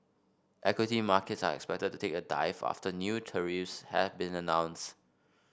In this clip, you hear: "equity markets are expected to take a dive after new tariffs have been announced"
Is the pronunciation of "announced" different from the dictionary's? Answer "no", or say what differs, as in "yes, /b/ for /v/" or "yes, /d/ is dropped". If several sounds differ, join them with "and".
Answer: no